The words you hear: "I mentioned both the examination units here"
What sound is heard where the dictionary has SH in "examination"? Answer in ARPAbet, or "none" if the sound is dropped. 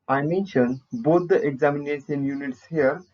S